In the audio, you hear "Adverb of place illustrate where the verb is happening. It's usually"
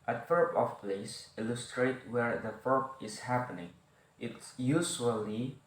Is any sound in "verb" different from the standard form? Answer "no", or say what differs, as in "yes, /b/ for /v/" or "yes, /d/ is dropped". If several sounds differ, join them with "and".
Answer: yes, /f/ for /v/